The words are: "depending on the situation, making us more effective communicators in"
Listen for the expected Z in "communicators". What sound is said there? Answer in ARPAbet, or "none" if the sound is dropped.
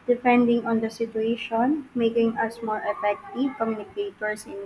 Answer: S